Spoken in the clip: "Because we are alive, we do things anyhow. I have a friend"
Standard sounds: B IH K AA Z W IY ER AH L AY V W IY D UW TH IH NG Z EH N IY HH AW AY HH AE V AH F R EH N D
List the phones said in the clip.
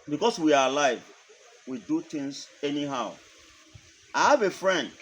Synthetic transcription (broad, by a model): B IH K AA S W IY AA AH L AY V W IY D UW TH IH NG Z EH N IY HH AW AY HH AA V AH F R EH N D